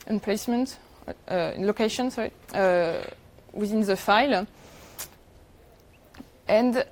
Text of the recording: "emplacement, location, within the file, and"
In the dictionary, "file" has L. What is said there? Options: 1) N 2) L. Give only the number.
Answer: 2